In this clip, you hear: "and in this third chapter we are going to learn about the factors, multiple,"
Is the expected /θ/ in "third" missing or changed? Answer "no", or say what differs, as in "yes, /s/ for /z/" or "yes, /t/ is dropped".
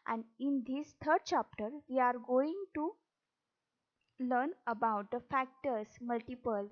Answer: yes, /t/ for /θ/